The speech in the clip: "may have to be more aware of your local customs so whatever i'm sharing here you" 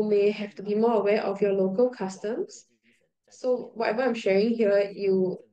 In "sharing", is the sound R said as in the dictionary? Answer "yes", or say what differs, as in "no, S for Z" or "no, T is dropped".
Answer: yes